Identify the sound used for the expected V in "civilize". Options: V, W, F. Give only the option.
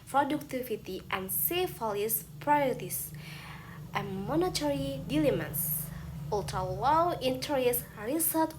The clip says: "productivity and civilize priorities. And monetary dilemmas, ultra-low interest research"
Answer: F